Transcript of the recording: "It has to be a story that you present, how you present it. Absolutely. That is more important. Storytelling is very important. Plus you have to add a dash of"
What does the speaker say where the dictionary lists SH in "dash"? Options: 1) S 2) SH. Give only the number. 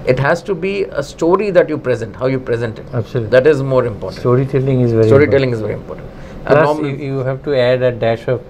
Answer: 2